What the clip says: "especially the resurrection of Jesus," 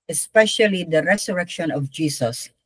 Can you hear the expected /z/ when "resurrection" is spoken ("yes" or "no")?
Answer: no